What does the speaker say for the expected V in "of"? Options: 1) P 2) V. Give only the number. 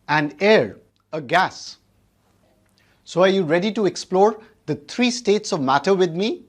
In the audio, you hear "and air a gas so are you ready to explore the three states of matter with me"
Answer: 2